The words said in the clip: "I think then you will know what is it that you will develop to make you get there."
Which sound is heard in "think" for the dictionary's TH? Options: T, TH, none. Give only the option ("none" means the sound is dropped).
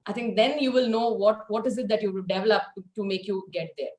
T